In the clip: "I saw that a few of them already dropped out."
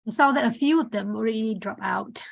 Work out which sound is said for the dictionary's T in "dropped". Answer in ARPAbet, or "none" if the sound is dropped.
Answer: none